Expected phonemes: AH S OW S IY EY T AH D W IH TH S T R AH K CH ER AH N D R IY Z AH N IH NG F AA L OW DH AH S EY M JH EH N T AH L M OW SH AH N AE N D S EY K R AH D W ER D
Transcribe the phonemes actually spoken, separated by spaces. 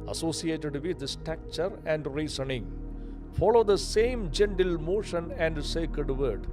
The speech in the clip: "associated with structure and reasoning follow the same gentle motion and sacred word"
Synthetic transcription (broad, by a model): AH S OW S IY EY T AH D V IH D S T AE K CH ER AH N D R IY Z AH N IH NG F AA L OW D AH S EY M JH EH N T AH L M OW SH AH N AE N D S EY K R AH D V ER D